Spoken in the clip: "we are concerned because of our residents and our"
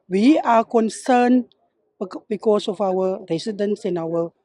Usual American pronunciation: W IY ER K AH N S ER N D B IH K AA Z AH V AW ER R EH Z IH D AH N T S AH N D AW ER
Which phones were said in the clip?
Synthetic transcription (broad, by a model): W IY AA K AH N S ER N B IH K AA S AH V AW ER R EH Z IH D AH N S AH N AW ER